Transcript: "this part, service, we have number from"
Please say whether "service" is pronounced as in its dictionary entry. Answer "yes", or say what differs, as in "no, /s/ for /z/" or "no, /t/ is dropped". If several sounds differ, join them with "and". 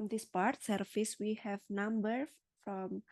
no, /f/ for /v/